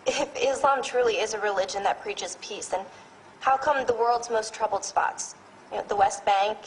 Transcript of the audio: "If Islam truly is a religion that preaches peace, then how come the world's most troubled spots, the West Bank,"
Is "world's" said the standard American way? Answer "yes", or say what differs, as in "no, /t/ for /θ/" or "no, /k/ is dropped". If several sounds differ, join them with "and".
yes